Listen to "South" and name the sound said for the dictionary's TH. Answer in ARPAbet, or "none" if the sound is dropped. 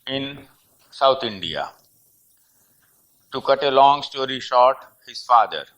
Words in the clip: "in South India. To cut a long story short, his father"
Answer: T